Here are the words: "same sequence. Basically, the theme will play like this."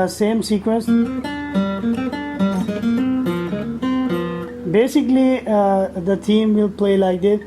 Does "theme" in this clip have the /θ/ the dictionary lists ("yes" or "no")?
no